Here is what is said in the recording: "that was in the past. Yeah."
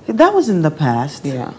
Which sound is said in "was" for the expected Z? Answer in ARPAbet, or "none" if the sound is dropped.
Z